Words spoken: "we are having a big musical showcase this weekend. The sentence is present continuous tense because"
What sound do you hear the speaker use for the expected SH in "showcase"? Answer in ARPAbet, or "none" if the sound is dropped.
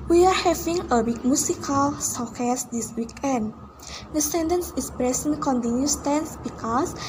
S